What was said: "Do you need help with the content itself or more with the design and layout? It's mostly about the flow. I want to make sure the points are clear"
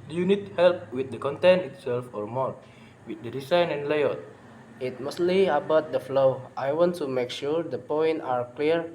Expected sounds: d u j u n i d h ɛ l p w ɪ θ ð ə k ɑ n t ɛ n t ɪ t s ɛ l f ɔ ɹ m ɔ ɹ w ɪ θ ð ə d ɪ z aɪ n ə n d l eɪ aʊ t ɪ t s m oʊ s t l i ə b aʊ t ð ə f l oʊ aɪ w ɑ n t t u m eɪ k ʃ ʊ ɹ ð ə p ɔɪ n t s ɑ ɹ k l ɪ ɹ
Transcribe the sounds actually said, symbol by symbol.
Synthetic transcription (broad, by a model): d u j u n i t h ɛ l p w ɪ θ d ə k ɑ n t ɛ n ɪ t s ɛ l f ɔ ɹ m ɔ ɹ w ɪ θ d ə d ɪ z aɪ n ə n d l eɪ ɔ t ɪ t m oʊ s t l i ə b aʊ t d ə f l oʊ aɪ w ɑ n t t u m eɪ k ʃ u ɹ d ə p ɔɪ n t ɑ ɹ k l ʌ ɹ